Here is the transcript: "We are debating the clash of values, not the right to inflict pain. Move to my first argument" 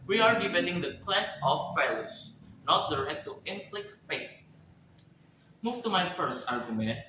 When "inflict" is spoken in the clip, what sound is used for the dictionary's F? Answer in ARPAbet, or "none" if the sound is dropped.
P